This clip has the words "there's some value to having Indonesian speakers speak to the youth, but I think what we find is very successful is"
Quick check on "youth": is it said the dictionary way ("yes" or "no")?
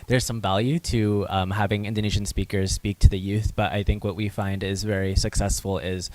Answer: yes